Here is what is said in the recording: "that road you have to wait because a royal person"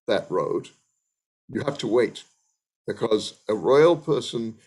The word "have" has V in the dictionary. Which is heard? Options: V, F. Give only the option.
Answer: F